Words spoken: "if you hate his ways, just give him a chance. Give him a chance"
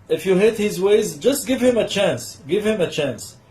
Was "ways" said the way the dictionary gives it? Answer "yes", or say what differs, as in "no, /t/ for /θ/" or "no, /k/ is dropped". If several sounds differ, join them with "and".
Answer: yes